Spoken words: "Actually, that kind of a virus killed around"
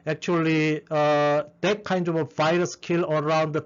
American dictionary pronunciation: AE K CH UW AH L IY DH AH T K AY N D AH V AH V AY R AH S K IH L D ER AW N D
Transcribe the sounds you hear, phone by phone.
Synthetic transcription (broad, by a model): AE K CH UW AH L IY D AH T K AY N D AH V AH V AY R AH S K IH L ER AW N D